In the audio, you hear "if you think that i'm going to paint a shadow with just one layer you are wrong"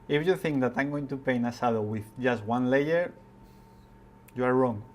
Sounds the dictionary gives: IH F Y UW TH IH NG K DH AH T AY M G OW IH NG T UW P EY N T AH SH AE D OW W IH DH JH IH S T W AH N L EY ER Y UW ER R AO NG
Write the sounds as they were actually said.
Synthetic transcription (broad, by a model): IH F Y UW TH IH NG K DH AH T AY M G OW IH NG T UW P EY N AH S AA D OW W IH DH JH IH S T W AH N L EY ER Y UW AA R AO NG